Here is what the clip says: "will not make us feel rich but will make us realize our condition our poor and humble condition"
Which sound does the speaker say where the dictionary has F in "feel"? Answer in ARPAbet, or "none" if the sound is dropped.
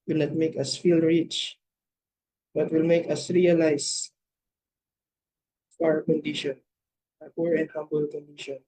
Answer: F